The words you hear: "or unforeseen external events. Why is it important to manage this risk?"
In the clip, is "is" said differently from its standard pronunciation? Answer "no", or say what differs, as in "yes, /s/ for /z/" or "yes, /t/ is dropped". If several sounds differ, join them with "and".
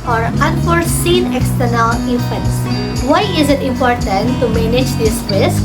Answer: no